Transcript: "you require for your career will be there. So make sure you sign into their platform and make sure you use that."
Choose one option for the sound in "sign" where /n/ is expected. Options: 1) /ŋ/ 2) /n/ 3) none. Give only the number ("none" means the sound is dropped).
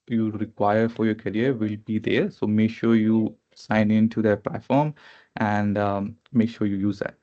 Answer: 2